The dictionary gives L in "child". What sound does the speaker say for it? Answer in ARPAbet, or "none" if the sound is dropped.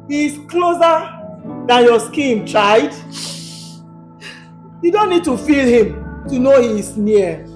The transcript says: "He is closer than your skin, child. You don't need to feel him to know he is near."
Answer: none